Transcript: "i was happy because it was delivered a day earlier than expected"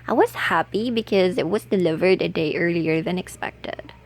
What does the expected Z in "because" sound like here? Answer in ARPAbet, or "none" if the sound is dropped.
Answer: Z